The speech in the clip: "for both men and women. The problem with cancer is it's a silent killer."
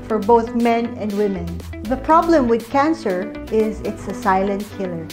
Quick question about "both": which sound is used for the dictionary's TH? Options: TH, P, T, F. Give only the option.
TH